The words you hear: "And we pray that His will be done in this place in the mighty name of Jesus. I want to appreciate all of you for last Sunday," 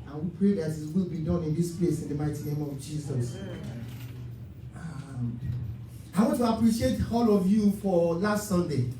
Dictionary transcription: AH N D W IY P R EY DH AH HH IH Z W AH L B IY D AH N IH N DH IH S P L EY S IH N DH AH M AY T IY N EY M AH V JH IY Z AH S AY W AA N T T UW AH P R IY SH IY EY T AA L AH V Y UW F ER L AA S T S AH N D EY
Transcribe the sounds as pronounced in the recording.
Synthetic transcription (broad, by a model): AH N W IY P R EY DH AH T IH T W AH L B IY D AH N IH N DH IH S P L EY S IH N DH AH M AY T IY N EY M AH V JH IY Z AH S AY W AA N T T UW AH P R IY SH IY EY T AA L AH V Y UW F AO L AA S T S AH N D EY